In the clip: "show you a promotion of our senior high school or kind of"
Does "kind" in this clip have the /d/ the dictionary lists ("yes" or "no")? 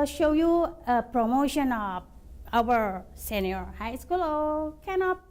no